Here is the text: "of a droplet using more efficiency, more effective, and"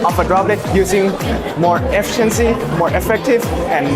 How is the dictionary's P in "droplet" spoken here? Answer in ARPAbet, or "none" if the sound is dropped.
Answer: B